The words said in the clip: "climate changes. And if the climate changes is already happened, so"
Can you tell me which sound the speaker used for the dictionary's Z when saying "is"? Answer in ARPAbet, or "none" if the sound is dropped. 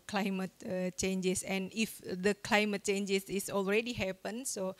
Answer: S